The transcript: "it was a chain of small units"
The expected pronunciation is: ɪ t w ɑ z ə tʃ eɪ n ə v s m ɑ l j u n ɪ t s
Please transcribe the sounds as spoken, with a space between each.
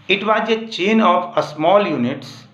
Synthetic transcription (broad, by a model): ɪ t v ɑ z ə tʃ eɪ n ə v s m ɑ l j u n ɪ t s